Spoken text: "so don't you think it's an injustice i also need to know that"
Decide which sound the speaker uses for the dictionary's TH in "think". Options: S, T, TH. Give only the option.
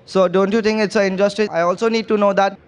T